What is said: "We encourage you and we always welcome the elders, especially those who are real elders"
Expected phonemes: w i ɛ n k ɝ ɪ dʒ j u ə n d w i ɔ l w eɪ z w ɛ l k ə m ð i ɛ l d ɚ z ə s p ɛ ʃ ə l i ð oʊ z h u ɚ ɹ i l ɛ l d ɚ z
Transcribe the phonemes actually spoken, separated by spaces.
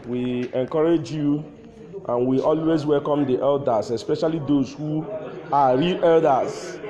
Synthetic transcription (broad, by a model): w i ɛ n k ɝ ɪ dʒ j u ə n w i ɔ l w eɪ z w ɛ l k ə m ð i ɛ l d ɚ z ə s p ɛ ʃ ə l i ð oʊ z h u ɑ ɹ i l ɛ l d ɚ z